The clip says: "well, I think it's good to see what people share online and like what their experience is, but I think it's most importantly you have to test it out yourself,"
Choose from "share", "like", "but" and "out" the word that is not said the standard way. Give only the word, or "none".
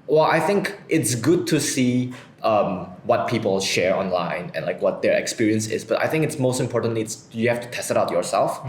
none